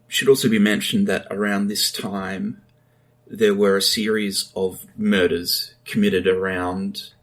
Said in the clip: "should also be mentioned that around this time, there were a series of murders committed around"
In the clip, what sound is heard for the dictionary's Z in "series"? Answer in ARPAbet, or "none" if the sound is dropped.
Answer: Z